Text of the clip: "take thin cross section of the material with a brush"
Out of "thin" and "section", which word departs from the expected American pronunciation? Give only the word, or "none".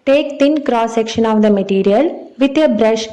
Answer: thin